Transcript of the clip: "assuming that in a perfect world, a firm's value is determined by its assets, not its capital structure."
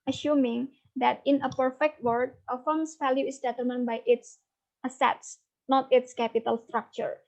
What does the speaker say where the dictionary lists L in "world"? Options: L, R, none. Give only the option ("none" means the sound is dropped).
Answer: none